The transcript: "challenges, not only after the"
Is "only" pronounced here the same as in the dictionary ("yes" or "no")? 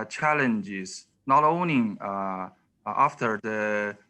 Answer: no